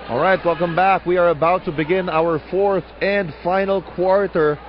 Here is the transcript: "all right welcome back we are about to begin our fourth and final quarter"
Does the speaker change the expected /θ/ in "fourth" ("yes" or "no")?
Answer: no